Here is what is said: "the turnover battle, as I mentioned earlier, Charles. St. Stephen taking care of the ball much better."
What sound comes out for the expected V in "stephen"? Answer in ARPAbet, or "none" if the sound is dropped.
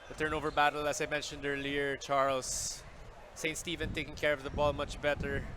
V